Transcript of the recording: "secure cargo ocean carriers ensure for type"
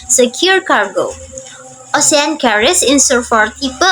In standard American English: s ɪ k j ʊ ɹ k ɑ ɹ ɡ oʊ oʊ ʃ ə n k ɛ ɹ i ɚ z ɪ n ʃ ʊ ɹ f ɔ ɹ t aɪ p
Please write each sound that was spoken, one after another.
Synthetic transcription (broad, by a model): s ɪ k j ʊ ɹ k ɑ ɹ ɡ oʊ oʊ s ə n k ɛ ɹ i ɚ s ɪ n s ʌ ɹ f ɔ ɹ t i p